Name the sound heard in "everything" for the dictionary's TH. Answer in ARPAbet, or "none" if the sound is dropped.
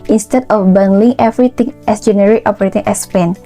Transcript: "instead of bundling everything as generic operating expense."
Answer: T